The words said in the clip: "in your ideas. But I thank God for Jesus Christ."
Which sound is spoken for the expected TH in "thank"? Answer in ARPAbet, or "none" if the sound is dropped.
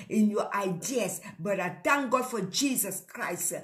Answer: T